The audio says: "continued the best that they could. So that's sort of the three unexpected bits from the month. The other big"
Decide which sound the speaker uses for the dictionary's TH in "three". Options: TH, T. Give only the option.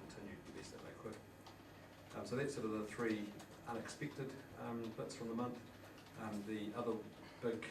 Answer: TH